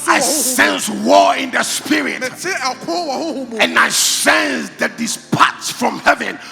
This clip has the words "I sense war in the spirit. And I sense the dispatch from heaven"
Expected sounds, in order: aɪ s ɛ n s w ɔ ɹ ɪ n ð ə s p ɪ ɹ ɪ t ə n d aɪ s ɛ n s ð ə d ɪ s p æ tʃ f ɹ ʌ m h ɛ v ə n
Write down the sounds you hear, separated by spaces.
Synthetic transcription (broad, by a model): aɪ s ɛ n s w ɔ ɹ ɪ n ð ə s p ɪ ɹ ɪ t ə n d aɪ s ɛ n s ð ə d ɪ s p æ s f ɹ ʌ m h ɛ v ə n